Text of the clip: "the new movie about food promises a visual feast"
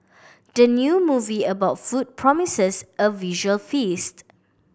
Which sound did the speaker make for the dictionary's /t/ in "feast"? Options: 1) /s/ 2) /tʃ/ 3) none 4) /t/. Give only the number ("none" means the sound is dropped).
4